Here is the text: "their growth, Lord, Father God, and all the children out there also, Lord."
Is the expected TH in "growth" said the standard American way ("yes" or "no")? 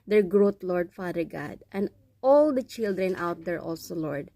no